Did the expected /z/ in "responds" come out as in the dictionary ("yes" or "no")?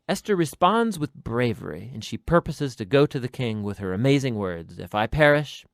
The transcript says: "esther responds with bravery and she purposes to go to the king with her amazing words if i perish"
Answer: yes